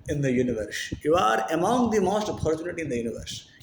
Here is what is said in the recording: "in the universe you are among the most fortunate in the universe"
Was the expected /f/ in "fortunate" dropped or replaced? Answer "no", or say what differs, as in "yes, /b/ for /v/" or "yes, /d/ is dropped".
yes, /p/ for /f/